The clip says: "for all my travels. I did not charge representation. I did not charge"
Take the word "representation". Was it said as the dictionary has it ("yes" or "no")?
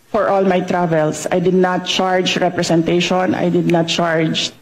no